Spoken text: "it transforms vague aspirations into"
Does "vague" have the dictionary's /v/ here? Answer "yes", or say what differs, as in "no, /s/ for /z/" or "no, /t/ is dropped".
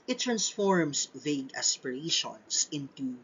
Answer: yes